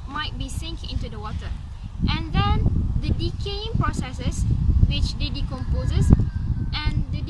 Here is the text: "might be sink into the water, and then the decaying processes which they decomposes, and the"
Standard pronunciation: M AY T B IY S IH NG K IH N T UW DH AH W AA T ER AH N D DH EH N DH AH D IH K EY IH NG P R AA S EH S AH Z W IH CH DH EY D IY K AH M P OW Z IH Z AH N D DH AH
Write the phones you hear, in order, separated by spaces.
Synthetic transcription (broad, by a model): M AY T B IY S IH NG K IH N T UW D AH W AA T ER AH N D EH N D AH D IH K EY IH NG P R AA S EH S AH S W IH CH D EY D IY K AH M P OW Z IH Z AH N D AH